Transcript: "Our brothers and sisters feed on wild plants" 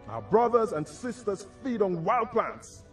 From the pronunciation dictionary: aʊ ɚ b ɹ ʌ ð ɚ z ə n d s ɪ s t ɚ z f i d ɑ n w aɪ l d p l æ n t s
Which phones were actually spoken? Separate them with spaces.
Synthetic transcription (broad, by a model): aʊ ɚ b ɹ ʌ ð ɚ z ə n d s ɪ s t ɚ z f i d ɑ n w aɪ l d p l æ n t s